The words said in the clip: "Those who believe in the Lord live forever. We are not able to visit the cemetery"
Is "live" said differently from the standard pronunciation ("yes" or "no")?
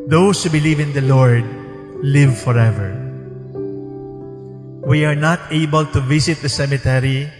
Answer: no